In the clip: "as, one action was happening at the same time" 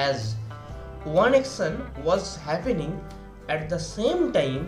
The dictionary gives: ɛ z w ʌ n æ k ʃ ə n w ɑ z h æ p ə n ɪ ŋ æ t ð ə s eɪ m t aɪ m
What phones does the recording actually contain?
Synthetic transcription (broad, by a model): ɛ z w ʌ n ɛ k s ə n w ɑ z h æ p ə n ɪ ŋ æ t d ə s eɪ m t aɪ m